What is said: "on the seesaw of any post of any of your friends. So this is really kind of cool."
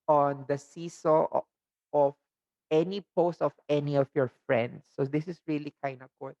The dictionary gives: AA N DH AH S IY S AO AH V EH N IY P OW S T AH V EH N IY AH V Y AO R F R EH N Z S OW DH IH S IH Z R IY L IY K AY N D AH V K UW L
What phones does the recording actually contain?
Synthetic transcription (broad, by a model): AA N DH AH S IY S AO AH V EH N IY P OW S T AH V EH N IY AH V Y AO R F R EH N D S OW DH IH S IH S R IY L IY K AY N D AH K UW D